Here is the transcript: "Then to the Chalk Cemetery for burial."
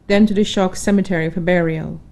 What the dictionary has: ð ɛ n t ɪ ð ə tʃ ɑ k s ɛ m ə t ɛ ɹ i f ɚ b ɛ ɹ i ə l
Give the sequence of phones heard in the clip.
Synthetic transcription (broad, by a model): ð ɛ n t ɪ ð ə ʃ ɑ k s ɛ m ə t ɛ ɹ i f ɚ b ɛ ɹ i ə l